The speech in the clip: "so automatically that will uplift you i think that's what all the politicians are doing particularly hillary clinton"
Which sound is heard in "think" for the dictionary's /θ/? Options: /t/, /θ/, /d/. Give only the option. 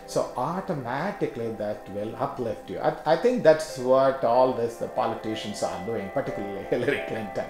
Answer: /t/